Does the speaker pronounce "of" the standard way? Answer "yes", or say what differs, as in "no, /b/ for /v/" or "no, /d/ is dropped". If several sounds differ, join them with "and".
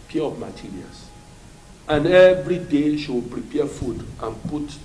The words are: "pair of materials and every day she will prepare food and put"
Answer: no, /p/ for /v/